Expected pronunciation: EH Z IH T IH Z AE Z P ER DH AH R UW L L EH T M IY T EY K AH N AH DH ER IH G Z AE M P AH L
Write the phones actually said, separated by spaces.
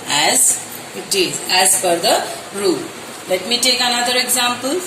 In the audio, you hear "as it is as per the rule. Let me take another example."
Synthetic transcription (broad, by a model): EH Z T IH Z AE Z F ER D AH R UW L L EH T M IY T EY K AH N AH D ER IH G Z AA M P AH L